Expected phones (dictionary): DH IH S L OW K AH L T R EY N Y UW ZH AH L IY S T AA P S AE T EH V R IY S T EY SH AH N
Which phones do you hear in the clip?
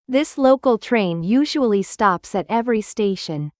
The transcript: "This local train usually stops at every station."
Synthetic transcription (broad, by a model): DH IH S L OW K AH L T R EY N Y UW ZH AH L IY S T AA P S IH T EH V R IY S T EY SH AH N